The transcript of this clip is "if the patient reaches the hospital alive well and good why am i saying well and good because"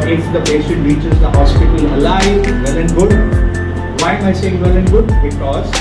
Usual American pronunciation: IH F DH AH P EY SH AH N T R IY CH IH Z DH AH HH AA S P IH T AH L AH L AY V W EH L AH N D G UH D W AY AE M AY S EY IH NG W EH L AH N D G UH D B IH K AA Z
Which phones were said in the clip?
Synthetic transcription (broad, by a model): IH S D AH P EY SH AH T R IY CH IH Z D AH HH AA S P IH T AH L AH L AY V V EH L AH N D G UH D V AY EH M AY S EY IH NG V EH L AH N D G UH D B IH K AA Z